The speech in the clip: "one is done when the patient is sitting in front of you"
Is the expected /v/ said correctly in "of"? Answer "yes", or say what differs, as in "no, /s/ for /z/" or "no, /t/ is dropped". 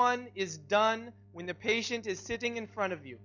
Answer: yes